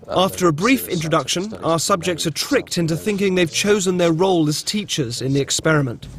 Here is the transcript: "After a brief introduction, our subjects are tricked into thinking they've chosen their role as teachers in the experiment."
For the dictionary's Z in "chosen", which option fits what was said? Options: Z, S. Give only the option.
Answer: Z